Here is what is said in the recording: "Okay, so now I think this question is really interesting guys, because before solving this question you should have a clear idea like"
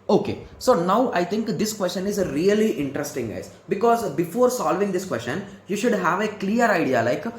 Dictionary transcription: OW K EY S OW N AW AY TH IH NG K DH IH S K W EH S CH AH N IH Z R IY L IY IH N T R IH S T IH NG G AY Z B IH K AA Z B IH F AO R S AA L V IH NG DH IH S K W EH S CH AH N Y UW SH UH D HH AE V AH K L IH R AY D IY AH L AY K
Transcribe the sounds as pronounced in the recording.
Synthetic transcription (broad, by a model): OW K EY S OW N AW AY T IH NG K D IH S K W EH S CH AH N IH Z R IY L IY IH N T R IH S T IH NG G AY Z B IH K AA Z B IH F AO R S AA L V IH NG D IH S K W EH S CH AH N Y UW SH UH D HH AE V AH K L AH R AY D IY AH L AY K